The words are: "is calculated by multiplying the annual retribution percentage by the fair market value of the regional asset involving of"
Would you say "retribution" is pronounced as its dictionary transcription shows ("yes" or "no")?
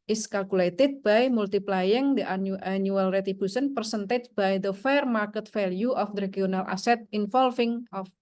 no